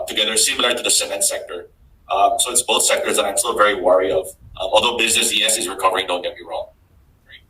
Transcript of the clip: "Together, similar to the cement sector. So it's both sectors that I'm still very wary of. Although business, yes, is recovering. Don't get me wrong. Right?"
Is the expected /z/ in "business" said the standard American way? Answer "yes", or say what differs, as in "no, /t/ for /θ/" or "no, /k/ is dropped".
yes